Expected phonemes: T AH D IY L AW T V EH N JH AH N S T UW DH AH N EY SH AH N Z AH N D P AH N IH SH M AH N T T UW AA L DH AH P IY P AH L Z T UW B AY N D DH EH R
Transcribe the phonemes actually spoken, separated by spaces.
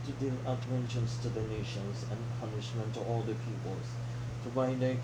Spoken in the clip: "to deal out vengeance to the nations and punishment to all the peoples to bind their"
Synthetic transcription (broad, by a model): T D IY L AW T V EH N SH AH N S T UW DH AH N EY SH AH N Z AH N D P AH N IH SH M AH N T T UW AA L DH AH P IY P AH L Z T UW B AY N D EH